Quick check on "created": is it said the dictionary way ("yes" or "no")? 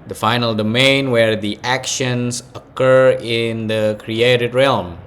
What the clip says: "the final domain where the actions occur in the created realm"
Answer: yes